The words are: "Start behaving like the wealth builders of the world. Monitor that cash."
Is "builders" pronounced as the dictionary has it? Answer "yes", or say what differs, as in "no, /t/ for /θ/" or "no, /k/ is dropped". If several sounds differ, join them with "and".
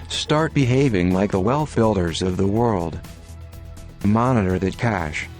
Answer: yes